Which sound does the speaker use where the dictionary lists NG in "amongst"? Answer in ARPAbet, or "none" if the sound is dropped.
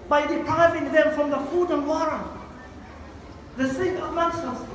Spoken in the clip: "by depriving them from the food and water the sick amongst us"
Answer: none